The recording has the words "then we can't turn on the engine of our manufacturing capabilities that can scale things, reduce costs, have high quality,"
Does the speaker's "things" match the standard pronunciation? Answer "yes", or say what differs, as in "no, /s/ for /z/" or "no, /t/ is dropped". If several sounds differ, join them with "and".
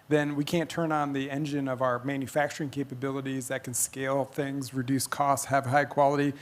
yes